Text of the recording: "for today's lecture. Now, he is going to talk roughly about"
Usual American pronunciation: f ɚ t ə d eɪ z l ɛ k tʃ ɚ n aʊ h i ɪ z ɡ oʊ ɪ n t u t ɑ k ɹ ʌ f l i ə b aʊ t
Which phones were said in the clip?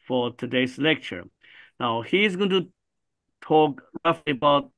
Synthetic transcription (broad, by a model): f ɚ t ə d eɪ s l ɛ k tʃ ɚ n aʊ h i ɪ z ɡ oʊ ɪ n t u t ɑ k ɹ ʌ f l i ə b aʊ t